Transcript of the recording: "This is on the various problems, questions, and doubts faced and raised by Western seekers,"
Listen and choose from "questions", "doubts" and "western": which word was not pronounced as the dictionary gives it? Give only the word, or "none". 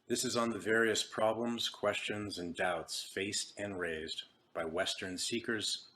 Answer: none